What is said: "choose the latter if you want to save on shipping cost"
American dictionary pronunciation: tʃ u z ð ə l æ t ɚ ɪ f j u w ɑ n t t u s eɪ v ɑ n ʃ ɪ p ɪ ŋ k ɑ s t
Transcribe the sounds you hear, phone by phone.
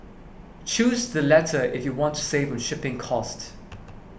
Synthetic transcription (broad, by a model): tʃ u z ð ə l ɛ t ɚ ɪ f j u w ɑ n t t u s eɪ v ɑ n ʃ ɪ p ɪ ŋ k ɑ s t